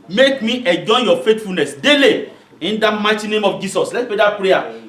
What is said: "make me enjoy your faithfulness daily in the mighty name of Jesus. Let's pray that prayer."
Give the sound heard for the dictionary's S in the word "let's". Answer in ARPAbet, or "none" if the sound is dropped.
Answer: none